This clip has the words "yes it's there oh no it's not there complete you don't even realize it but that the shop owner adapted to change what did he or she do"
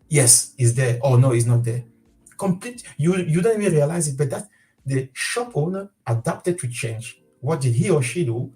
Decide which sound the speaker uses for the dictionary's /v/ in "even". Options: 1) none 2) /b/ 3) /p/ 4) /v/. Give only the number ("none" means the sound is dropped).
1